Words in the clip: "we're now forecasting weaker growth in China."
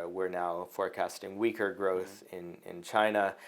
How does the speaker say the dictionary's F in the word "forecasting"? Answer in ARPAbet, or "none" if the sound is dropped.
F